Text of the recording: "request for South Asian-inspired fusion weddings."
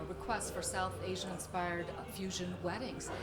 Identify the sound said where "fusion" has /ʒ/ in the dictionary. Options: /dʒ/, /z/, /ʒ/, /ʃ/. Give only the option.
/ʒ/